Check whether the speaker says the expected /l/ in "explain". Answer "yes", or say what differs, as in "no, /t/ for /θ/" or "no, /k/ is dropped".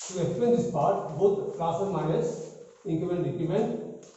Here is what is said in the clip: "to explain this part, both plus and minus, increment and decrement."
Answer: no, /l/ is dropped